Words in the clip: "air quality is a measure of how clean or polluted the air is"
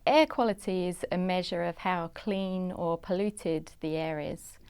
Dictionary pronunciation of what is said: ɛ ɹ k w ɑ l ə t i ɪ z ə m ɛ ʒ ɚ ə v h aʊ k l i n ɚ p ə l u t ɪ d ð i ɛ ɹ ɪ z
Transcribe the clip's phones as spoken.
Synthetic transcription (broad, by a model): ɛ k w ɑ l ə t i ɪ z ə m ɛ ʒ ɚ ə v h aʊ k l i n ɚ p ə l u t ɪ d ð i ɛ ɹ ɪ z